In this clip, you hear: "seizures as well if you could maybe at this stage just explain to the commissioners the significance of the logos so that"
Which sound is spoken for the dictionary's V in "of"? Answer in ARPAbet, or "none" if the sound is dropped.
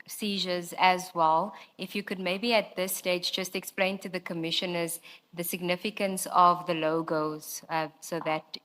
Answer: V